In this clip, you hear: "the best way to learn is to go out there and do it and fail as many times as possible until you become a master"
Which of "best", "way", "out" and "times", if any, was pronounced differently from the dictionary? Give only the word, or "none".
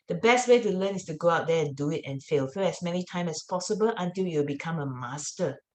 times